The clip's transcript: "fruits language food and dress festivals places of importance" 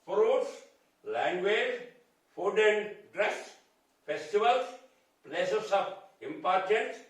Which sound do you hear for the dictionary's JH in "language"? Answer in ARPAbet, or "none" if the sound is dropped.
Z